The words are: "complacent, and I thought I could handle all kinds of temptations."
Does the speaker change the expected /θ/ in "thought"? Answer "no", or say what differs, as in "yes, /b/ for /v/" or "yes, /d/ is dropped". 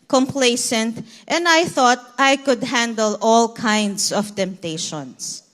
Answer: no